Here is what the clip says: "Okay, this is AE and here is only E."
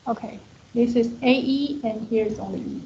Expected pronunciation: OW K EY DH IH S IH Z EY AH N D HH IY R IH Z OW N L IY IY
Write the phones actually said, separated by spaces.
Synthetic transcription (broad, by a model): OW K EY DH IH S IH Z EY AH N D HH IY R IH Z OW L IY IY